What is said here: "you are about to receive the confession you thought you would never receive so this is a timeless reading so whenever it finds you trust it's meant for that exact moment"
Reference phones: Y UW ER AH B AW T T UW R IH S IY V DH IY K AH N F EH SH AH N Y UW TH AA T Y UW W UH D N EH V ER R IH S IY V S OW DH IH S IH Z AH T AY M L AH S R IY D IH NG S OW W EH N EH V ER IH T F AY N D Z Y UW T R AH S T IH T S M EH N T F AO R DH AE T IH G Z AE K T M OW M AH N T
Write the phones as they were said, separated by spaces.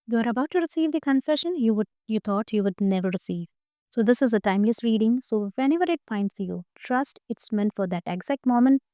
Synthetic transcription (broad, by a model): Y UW ER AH B AW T T UW R IH S IY V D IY K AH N F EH SH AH N Y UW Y AA T Y UW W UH D N EH V ER R IH S IY V S OW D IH S IH Z AH T AY M L AH S R IY D IH NG S OW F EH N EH V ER IH T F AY N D S Y UW T R AH S T IH T S M EH N T F AO R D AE T IH G Z AE K T M OW M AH N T